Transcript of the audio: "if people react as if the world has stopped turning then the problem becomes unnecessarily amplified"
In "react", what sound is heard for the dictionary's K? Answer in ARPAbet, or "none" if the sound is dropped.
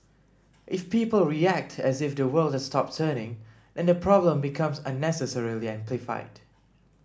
K